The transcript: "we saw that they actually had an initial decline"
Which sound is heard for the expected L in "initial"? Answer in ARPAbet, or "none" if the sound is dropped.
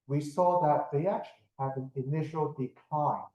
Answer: L